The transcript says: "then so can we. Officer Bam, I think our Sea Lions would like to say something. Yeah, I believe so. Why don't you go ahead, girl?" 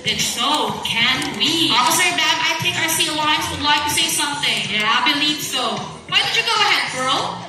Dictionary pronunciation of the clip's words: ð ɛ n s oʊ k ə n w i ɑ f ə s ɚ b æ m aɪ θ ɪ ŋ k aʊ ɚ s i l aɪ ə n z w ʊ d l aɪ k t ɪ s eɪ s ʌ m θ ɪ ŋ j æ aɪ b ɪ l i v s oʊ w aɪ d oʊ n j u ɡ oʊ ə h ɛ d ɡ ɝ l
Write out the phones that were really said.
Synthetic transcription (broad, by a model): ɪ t s oʊ k ə n w i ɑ ə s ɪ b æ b aɪ t ɪ k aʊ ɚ s i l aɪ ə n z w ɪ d l aɪ k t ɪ s eɪ s ʌ m θ ɪ ŋ j æ aɪ b ɪ l i v s oʊ w aɪ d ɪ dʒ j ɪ ɡ oʊ ə h ɛ d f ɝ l